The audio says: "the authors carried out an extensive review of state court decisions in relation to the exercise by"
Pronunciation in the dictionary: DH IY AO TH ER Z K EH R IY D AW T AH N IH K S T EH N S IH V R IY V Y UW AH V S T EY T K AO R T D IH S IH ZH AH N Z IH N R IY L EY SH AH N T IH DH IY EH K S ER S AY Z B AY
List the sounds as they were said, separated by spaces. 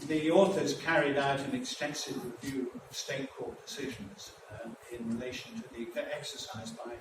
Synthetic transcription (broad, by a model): DH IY AO TH ER Z K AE R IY D AW T AH N IH K S T EH N S IH V R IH V Y UW AH V S T EY T K AO R T D IH S IH ZH AH N Z IH N R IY L EY SH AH N T IH DH IY EH K S ER S AY Z B AY